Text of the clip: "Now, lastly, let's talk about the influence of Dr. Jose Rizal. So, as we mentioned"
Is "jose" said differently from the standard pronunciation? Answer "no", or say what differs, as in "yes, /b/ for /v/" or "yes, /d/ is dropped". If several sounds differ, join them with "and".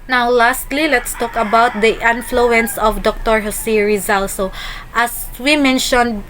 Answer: yes, /s/ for /z/